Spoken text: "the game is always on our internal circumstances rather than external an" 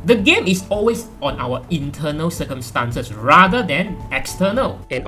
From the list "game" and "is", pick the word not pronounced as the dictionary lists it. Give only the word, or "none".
is